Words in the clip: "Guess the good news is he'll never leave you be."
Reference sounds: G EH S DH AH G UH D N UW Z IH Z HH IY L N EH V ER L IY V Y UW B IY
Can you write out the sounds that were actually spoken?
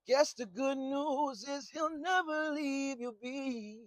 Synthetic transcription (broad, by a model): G EH S DH AH G UH D N UW Z IH Z HH IY L N EH V ER L IY V Y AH B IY